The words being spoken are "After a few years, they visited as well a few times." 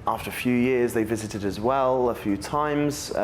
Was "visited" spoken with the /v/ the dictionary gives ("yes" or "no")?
yes